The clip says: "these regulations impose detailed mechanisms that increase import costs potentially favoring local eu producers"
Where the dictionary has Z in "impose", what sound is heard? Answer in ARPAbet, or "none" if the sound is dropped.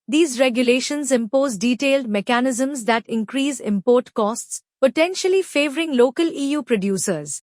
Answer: Z